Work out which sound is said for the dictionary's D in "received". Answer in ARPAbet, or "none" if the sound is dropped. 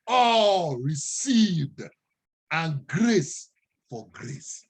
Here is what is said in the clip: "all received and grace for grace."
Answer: D